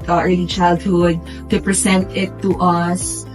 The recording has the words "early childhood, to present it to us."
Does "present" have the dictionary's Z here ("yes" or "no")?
no